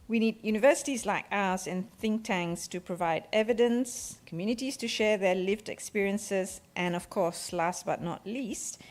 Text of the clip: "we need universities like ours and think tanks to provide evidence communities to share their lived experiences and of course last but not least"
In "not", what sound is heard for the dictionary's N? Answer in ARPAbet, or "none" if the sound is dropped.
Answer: N